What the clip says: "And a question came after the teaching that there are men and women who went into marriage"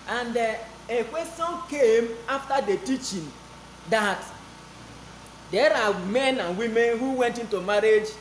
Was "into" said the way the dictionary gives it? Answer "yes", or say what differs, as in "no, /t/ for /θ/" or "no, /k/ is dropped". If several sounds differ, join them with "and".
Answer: yes